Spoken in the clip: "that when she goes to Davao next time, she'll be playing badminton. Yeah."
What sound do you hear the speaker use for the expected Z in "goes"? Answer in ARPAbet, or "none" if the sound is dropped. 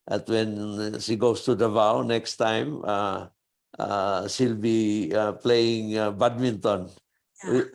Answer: S